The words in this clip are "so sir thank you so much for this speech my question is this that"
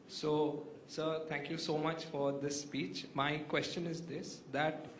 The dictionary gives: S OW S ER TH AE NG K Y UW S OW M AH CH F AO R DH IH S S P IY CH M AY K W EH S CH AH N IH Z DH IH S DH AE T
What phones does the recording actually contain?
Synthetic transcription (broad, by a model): S OW S ER T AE NG K Y UW S OW M AH CH F AO R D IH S S P IY CH M AY K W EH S CH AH N IH Z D IH S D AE T